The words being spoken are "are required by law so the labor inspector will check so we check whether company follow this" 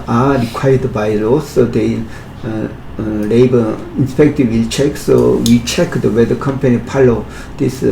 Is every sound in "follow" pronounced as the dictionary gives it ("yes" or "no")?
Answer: no